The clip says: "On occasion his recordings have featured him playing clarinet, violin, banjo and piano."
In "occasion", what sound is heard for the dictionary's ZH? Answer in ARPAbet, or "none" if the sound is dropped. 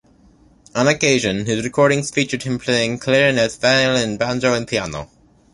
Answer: ZH